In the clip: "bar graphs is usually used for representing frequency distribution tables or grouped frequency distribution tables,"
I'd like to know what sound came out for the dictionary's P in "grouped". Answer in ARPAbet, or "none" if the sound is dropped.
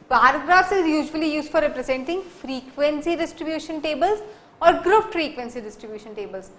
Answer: F